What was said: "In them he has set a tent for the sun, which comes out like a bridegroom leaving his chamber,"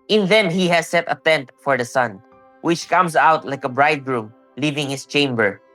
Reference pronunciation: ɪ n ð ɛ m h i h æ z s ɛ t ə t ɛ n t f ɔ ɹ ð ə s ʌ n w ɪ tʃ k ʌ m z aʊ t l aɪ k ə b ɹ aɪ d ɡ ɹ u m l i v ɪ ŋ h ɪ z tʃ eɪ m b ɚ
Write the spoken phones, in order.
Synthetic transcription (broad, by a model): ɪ n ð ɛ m h i h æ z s ɛ t ə t ɛ n t f ɔ ɹ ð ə s ʌ n w ɪ tʃ k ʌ m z aʊ t l aɪ k ə b ɹ aɪ d ɡ ɹ u m l i v ɪ ŋ h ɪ s tʃ eɪ m b ɚ